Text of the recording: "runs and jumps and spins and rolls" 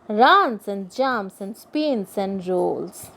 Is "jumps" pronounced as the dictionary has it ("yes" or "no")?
no